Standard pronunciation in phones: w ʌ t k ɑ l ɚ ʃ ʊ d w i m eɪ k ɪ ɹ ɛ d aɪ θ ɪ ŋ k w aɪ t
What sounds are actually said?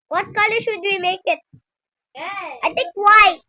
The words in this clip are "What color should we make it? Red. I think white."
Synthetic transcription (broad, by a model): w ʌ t k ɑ l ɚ ʃ ʊ d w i m eɪ k ɪ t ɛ aɪ t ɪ ŋ k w aɪ